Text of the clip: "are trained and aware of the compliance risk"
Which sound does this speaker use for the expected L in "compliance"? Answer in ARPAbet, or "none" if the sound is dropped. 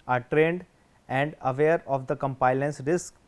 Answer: none